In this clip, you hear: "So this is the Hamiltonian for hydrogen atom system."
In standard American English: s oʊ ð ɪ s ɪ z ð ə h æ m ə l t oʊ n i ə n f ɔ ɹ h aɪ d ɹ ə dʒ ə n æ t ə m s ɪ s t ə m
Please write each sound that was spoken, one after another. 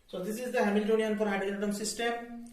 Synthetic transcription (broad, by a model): s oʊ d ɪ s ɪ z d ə h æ m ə l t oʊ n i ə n p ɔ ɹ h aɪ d ə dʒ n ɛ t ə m s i s t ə m